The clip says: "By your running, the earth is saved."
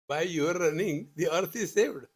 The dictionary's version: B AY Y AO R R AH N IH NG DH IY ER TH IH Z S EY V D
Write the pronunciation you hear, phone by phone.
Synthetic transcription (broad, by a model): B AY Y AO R R AH N IH NG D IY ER T IH Z S EY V D